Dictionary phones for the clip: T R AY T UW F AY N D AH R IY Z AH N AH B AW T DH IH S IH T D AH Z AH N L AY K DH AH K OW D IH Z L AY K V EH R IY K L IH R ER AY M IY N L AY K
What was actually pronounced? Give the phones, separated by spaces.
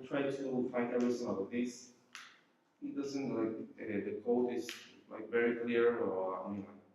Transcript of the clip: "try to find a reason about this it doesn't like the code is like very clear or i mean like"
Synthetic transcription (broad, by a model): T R AY T UW F AY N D AH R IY S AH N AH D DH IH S IH T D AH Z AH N L AY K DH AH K OW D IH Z L AY K V EH R IY K L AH R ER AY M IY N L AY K